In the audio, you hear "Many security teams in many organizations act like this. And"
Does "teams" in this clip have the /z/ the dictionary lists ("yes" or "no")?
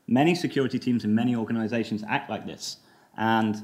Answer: yes